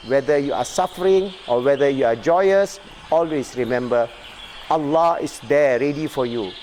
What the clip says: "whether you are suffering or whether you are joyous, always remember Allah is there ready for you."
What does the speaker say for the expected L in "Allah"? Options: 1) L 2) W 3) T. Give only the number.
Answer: 1